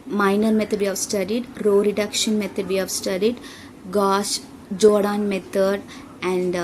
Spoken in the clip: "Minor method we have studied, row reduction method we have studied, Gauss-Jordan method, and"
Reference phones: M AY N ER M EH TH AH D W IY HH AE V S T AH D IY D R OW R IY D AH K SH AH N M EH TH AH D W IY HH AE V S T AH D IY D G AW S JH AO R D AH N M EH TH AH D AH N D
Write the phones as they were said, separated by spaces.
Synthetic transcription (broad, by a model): M AY N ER M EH T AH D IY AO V S T AH D IY D R OW R IY D AH K SH AH N M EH T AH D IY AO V S T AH D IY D G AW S JH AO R D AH N M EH T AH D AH N D